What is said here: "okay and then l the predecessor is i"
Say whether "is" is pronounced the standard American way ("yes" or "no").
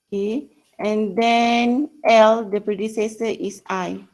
no